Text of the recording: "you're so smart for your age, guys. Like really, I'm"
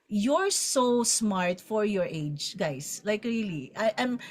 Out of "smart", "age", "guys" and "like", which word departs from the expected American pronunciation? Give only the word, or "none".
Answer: guys